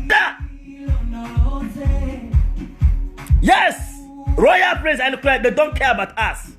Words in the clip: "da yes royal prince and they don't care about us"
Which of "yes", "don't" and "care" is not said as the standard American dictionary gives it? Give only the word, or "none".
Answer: none